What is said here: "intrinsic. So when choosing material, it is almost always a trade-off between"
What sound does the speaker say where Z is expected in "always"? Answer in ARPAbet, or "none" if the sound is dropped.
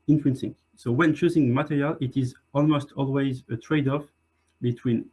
Z